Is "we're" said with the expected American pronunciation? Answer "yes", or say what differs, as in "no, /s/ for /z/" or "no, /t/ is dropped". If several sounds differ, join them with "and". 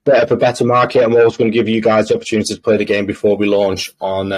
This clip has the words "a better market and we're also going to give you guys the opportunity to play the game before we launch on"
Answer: no, /w/ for /ɹ/